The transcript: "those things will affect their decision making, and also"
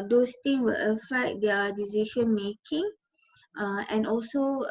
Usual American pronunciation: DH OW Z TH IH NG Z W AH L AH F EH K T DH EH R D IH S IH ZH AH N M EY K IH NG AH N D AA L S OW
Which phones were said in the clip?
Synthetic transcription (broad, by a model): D OW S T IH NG W AH L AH F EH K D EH D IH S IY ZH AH N M EY K IH NG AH N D AA L S OW